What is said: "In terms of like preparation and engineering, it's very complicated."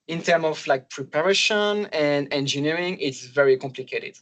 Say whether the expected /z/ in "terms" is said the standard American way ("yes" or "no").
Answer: no